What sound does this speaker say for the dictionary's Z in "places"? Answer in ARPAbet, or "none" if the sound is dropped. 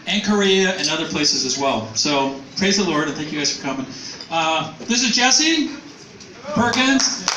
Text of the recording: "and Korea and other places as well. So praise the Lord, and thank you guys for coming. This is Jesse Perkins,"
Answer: Z